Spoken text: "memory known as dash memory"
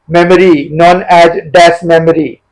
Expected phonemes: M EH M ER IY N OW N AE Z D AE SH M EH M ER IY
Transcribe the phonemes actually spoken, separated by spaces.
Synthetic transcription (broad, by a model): M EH M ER IY N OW N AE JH D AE S M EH M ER IY